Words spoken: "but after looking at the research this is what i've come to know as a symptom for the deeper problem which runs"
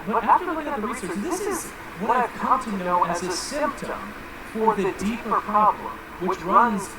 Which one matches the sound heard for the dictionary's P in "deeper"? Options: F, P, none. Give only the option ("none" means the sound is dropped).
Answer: P